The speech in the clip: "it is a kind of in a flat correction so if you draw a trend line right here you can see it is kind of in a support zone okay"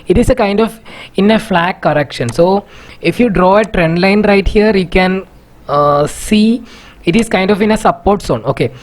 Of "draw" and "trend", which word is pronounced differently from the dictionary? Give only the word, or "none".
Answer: none